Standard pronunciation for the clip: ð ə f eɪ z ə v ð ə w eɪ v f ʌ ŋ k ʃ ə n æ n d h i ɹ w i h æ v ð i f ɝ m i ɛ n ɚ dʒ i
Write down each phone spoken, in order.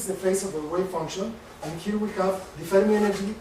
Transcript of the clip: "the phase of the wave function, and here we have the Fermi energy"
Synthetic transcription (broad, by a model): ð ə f eɪ s ə v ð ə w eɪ f ʌ ŋ k ʃ ə n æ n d h i ɹ w i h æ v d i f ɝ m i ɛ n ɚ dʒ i